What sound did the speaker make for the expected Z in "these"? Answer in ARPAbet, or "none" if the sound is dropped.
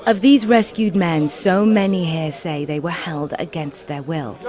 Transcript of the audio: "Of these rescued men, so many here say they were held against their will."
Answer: Z